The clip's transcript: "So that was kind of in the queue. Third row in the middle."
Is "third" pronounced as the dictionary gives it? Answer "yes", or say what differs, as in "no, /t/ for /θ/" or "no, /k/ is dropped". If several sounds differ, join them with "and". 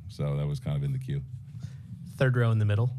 yes